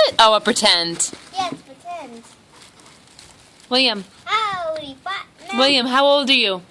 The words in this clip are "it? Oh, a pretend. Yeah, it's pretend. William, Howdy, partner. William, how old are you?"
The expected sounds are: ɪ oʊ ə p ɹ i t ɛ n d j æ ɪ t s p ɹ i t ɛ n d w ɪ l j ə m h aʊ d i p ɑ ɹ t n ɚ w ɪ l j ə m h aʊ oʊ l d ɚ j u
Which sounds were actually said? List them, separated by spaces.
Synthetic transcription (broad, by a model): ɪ oʊ ə p ɹ i t ɛ n d j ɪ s p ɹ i t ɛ n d w ɪ l j ə m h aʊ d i f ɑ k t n w ɪ l j ə m h aʊ oʊ l d ɚ j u